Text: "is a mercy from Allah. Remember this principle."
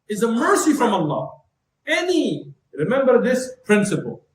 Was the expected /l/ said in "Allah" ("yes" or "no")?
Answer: no